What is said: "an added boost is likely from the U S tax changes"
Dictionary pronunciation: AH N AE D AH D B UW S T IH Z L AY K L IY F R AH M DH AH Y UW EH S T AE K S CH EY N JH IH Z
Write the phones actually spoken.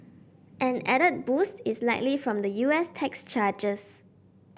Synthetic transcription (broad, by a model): AH N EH D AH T B UW S T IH S L AY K L IY F R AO M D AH Y UW EH S T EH K S CH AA JH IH S